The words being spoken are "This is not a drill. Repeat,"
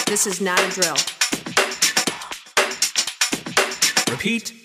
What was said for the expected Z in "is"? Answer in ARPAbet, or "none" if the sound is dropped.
Z